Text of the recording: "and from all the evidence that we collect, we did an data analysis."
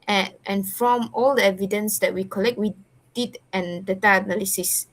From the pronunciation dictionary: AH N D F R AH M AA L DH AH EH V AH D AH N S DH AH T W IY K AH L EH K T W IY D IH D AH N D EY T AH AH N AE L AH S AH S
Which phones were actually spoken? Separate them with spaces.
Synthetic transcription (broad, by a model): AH N F R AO M AA L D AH EH V AH D AH N S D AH T W IY K AH L EH K T W IY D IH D AH N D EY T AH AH N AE L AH S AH S